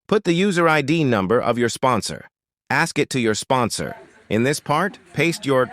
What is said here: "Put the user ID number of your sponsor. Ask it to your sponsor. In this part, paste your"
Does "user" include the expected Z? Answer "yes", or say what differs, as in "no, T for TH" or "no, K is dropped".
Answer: yes